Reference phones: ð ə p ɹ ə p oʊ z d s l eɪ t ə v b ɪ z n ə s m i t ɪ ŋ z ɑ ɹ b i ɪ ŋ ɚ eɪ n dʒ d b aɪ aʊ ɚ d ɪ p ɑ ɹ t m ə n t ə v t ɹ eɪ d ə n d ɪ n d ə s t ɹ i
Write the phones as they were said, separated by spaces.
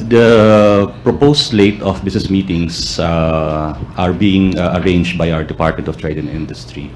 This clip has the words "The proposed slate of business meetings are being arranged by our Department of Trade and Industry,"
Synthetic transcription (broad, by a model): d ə p ɹ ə p oʊ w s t l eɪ t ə f b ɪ s n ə s m i t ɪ ŋ s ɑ ɹ b i ɪ ŋ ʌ eɪ n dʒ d b aɪ aʊ ɚ d ɪ p ɑ ɹ t m ə n t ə f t ɹ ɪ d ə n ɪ n d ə s t ɹ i